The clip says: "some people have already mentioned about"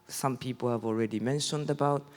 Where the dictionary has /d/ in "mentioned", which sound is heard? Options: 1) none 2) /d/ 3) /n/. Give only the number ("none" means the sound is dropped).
2